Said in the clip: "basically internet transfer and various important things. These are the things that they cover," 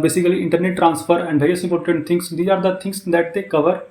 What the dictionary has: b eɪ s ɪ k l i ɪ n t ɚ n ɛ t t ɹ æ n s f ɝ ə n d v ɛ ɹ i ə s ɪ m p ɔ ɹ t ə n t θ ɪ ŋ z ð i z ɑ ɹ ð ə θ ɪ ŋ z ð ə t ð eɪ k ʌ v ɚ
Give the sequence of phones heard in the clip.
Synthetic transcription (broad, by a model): b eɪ s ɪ k l i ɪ n t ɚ n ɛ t t ɹ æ n s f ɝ ə n d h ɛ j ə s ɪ m p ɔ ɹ t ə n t t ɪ ŋ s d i ɑ ɹ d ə t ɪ ŋ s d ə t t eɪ k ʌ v ɚ